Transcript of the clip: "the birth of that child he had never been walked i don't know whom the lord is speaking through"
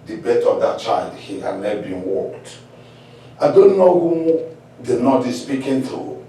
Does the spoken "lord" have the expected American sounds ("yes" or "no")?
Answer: no